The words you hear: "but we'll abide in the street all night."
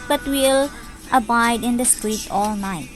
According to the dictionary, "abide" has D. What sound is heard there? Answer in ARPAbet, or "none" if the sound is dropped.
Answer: D